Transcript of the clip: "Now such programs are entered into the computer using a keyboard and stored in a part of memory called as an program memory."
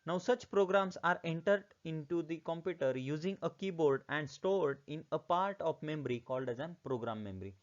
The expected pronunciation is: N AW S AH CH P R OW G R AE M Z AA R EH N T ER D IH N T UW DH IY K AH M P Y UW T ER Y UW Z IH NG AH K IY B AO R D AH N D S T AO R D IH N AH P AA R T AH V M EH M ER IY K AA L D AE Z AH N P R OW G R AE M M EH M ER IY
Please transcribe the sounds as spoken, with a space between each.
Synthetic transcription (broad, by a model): N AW S AH CH P R OW G R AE M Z AA R EH N T ER D IH N T UW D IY K AH M P Y UW T ER Y UW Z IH NG AH K IY B AO R D AH N D S T AO R D IH N AH P AA R T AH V M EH M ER IY K AA L D AE Z AH N P R OW G R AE M M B ER IY